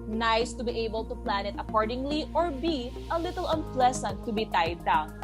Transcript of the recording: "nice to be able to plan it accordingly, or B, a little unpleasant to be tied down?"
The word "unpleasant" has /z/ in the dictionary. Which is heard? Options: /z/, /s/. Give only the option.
/s/